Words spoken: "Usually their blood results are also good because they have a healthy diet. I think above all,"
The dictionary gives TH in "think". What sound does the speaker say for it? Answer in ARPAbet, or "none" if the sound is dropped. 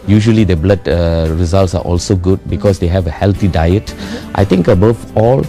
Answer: T